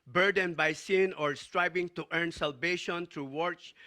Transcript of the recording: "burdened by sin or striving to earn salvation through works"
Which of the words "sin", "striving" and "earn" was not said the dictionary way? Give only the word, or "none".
striving